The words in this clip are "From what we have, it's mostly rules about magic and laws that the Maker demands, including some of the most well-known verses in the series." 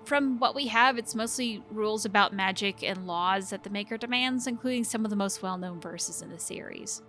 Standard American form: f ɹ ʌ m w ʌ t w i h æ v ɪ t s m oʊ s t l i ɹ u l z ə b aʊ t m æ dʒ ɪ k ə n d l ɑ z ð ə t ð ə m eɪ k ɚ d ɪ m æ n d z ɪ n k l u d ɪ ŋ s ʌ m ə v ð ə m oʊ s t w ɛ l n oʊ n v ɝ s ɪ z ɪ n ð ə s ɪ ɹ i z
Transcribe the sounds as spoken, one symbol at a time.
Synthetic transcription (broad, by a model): f ɹ ʌ m w ʌ t w i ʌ v ɪ t s m oʊ s t l i ɹ u l z ə b aʊ t m æ dʒ ɪ k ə n l ɑ z ð ə t ð ə m eɪ k ɚ d ɪ m æ n d z ɪ n k l u d ɪ ŋ s ʌ m ə v ð ə m oʊ s t w ɛ l n oʊ n v ɝ s ɪ z ɪ n ð ə s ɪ ɹ i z